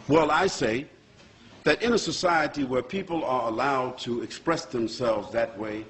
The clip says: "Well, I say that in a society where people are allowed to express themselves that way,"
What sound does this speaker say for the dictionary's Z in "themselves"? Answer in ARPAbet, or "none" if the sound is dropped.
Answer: Z